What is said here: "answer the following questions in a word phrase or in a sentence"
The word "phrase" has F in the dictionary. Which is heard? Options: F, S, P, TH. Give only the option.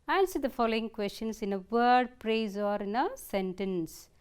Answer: P